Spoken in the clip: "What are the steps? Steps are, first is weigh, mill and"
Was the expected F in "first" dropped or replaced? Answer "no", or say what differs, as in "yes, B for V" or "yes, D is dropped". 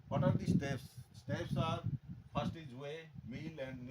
yes, P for F